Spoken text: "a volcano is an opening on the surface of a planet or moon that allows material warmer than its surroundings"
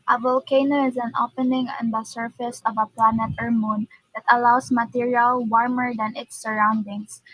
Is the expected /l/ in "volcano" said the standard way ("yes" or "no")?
yes